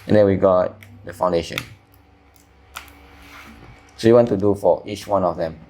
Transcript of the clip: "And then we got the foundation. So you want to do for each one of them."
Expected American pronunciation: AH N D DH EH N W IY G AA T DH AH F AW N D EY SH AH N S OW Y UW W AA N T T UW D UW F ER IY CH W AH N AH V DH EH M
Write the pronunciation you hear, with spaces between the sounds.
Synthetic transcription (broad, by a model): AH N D EH N W IY G AA T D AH F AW N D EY SH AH N S OW Y UW W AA N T T UW D UW F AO IY CH W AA N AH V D EH M